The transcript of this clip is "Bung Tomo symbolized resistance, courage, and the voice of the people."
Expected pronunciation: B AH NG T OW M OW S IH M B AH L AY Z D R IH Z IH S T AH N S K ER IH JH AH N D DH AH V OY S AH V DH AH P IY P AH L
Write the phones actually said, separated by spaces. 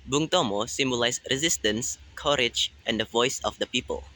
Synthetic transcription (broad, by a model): B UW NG T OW M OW S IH M B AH L AY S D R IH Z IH S T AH N S K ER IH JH AH N D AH V OY S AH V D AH P IY P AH L